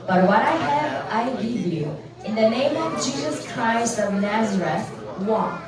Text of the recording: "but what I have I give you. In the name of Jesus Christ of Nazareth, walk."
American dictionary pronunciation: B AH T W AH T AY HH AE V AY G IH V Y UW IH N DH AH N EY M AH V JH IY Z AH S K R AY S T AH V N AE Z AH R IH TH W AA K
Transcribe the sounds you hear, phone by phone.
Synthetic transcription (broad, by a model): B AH T W AH T AY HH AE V AY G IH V Y UW IH N DH AH N EY M AH V JH IY Z AH S K R AY S T AH V N AE Z AH R IH TH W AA